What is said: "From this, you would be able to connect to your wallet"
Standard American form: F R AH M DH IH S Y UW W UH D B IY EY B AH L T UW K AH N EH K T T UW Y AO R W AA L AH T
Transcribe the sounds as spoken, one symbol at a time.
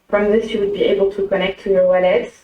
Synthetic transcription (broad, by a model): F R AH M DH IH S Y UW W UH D B IY EY B AH L T UW K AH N EH K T T UW Y AO R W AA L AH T